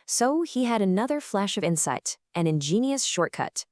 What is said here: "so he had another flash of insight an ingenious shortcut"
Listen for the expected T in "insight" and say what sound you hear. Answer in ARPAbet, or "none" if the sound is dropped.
T